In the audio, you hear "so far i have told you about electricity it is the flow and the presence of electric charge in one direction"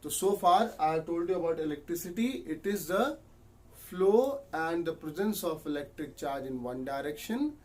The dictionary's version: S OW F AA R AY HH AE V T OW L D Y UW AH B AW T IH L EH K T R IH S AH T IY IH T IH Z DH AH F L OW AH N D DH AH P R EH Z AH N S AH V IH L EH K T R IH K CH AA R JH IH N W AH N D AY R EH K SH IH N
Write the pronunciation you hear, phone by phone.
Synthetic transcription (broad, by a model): S OW F AA R AY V T OW L D Y UW AH B AW T IH L EH K T R IH S AH T IY IH T IH Z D AH F L OW AH N D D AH P R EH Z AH N S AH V IH L EH K T R IH K CH AA R JH IH N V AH N D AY R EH K SH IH N